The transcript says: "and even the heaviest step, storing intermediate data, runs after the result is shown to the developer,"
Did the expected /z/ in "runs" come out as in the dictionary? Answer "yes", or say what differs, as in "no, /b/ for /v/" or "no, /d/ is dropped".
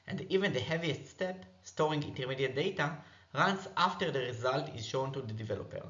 no, /s/ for /z/